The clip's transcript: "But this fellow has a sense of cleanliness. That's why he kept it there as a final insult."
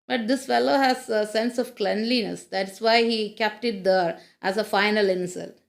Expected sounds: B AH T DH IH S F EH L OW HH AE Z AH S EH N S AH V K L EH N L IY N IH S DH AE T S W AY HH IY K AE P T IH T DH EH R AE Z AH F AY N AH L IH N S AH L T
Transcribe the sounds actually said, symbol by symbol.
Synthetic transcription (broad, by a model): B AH T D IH S F EH L OW HH AE Z AH S EH N S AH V K L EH N L IY N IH S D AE T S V AY HH IY K AE P T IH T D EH R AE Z AH F AY N AH L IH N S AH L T